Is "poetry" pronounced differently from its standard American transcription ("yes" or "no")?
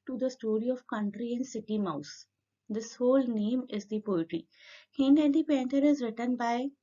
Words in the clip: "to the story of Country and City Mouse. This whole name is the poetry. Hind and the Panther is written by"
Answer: no